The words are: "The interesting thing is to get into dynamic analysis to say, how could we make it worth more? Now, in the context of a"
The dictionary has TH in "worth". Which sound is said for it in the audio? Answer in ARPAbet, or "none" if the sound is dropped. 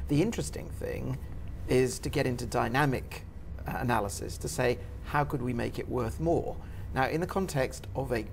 TH